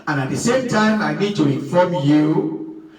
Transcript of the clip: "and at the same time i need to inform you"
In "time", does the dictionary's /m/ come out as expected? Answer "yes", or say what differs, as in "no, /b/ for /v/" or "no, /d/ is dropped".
yes